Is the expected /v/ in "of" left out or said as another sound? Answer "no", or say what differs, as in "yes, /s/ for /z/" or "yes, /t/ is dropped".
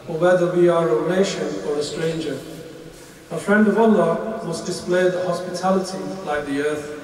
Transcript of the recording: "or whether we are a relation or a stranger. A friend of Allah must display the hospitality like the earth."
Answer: no